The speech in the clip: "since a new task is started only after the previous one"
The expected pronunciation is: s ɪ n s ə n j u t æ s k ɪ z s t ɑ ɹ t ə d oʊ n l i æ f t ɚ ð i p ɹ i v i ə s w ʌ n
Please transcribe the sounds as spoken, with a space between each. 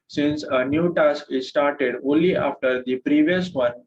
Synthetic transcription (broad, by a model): s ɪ n s ə n j u t æ s k ɪ z s t ɑ ɹ t ə d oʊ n l i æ f t ɚ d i p ɹ i v i ə s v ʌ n